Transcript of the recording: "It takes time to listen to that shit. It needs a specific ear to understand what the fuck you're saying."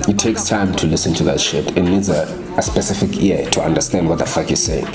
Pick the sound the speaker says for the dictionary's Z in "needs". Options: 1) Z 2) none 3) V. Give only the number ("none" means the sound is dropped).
1